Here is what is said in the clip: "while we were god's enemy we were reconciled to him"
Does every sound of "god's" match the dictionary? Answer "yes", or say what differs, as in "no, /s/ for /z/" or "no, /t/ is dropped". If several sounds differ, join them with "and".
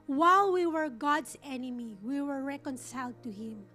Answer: no, /s/ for /z/